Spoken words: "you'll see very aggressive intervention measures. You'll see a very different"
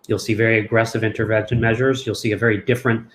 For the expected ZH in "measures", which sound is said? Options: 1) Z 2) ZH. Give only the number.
2